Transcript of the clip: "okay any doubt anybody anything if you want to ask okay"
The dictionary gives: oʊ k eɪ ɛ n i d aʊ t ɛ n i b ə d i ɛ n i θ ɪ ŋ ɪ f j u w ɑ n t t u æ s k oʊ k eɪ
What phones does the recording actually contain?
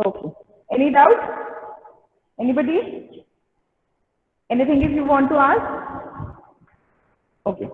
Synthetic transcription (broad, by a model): oʊ k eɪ ɛ n i d aʊ t ɛ n i b ə d i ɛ n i t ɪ ŋ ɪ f j u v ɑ n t t u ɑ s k oʊ k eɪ